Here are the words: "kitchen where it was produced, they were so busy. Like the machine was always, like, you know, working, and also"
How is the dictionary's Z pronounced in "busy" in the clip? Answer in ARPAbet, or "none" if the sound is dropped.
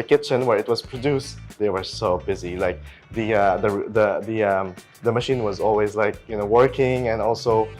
Z